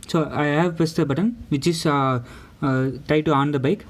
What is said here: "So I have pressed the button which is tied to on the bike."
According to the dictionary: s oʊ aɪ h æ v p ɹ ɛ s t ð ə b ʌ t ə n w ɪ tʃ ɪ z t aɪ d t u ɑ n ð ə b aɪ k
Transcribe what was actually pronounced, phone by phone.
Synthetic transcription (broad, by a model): s oʊ aɪ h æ v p ɛ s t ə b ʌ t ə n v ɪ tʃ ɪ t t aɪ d t u ɑ n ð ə b aɪ k